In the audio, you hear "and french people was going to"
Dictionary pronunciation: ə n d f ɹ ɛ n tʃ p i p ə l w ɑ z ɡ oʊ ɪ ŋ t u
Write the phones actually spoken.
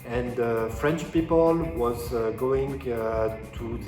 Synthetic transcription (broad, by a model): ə n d f ɹ ɛ n tʃ p i p ə l w ɑ z ɡ oʊ ɪ ŋ t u